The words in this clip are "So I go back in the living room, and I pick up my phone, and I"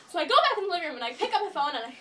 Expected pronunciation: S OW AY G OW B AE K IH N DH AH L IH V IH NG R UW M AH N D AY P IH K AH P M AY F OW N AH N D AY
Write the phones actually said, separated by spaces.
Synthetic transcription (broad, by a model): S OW AY G OW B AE IH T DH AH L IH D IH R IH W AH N AY P IH K AH P M AY F OW N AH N AY